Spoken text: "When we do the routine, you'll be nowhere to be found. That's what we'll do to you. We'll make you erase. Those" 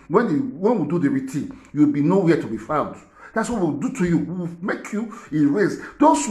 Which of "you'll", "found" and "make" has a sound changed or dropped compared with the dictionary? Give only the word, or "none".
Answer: you'll